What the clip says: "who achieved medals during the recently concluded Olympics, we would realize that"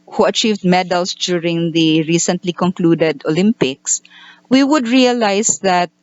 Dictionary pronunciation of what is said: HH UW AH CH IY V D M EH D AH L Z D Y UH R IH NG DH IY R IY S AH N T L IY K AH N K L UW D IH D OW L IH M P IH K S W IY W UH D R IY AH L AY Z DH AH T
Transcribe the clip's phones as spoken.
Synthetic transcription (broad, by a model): HH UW AH CH IY V D M EH D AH L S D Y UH R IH NG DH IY R IY S AH N T L IY K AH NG K L UW D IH D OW L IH M P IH K S W IY W UH D R IY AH L AY S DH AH T